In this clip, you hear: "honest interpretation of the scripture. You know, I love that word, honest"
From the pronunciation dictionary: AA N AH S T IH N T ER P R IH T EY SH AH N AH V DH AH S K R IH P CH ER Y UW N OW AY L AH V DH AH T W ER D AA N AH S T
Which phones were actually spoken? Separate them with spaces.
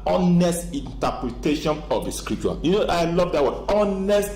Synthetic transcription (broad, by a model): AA N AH S T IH N T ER P R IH T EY SH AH N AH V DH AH S K R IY P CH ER Y UW N OW AY L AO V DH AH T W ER AA N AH S T